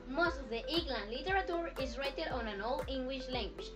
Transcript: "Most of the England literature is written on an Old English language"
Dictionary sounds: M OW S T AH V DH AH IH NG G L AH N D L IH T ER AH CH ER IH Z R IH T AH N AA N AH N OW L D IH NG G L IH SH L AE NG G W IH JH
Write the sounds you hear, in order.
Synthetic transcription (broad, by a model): M OW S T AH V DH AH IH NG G L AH N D L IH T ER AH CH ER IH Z R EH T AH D AA N AH N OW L IH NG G L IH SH L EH NG G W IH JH